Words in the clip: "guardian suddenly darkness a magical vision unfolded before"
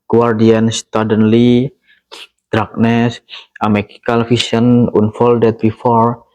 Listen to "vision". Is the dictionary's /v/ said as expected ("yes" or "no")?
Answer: no